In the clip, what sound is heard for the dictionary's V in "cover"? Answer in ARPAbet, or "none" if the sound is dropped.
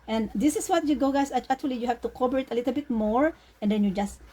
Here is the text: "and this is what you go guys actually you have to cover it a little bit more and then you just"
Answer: B